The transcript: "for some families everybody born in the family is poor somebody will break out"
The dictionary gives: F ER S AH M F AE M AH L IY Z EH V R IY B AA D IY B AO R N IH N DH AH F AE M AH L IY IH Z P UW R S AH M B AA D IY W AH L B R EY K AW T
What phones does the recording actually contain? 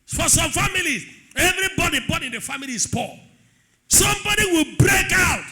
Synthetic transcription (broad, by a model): F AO S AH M F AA M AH L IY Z EH V R IY B AA D IY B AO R IH N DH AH F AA M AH L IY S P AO S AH M B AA D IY W AH L B R EY K AW T